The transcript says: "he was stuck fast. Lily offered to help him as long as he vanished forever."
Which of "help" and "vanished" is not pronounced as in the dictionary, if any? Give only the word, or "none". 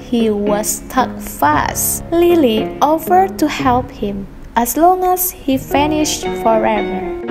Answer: vanished